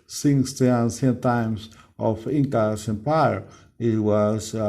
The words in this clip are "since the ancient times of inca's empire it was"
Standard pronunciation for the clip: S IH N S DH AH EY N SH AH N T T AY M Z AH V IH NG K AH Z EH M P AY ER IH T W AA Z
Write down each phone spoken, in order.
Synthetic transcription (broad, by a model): S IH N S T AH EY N S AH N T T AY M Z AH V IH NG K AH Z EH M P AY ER IH T W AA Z